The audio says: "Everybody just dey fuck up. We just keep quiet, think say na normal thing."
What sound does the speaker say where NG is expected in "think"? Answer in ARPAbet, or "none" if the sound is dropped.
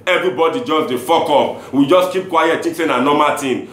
none